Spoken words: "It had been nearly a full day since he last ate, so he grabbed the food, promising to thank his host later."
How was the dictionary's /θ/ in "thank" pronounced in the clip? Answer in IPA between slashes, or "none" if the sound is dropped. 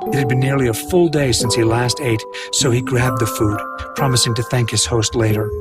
/θ/